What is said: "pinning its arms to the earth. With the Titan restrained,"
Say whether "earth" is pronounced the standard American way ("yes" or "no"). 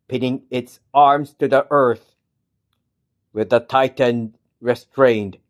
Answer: yes